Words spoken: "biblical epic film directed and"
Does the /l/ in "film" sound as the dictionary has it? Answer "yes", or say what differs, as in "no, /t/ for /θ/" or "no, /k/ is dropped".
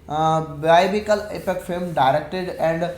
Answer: no, /l/ is dropped